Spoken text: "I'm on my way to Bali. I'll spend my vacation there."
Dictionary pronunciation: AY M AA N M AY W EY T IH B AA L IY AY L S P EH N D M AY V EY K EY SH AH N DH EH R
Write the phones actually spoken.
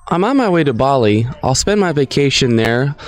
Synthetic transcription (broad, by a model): AY M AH N M AY W EY T IH B AA L IY AY L S P EH N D M AY V EY K EY SH AH N DH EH R